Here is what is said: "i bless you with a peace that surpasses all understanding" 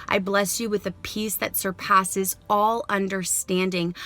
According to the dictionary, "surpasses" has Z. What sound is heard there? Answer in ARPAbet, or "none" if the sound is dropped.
Z